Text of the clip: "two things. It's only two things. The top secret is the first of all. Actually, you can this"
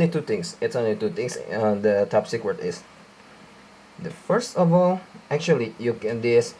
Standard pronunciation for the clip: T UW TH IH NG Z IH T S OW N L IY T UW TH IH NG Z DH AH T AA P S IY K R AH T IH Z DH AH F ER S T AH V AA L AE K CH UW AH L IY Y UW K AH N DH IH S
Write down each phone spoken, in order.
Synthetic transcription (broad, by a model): T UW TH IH NG S IH T S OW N L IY T UW T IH NG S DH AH T AA P S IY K W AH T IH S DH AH F ER S T AH V AA L AE K CH UW AH L IY Y UW K AH N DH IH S